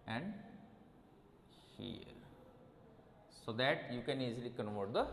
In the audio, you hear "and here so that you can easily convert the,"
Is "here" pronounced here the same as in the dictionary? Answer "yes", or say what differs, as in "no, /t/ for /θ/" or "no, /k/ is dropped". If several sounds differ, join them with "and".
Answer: yes